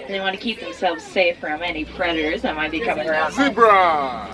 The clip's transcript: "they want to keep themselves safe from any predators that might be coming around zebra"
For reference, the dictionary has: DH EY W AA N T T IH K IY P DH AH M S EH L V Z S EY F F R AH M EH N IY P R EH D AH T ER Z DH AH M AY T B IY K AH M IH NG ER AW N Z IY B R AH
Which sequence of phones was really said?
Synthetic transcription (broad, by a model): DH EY W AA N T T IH K IY P DH AH M S EH L V Z S EY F F R AH M EH N IY P R EH D AH T ER Z DH AH M AY T B IY K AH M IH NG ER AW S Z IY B R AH